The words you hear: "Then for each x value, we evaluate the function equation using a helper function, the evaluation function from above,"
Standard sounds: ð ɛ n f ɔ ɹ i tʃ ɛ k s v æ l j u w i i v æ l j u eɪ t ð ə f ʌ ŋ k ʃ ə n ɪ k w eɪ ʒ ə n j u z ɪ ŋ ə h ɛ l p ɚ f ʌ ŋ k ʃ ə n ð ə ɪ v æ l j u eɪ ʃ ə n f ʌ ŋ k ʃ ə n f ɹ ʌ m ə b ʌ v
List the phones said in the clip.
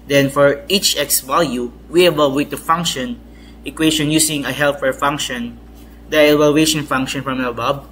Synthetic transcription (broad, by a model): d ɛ n f ɔ ɹ i tʃ ɛ k s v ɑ l j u w i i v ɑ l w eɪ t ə f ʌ ŋ k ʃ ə n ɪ k w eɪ ʃ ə n j u s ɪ ŋ ə h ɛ l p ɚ f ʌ ŋ k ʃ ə n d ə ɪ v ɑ l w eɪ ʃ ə n f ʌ ŋ k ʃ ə n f ɹ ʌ m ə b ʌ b